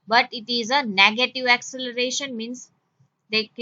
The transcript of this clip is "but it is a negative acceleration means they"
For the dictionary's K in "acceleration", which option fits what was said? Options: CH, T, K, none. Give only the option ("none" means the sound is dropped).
K